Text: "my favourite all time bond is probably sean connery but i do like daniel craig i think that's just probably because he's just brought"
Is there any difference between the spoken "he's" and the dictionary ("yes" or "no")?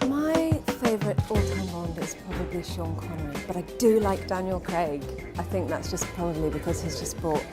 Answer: no